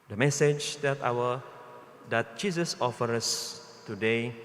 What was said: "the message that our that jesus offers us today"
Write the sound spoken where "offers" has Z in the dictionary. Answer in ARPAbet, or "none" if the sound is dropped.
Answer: none